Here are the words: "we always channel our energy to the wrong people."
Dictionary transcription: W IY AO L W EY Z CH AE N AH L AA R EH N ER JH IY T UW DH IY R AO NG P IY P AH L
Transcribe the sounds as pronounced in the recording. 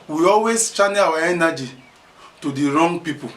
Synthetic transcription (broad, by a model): W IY AO L W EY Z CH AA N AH W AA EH N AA JH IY T UW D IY R AO NG P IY P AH